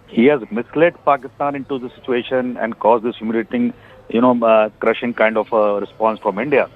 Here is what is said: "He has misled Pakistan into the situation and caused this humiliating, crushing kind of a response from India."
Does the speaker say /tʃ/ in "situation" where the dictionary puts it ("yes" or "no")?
yes